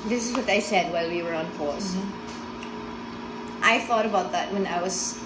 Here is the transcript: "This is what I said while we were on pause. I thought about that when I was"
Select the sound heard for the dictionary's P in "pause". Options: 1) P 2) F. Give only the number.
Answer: 2